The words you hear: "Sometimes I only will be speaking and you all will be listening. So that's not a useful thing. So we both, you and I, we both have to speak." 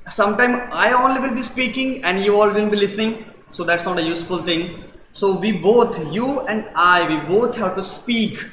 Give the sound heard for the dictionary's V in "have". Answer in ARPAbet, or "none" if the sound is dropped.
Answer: P